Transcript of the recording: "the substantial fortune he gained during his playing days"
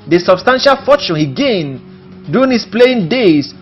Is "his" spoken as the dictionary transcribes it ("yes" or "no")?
no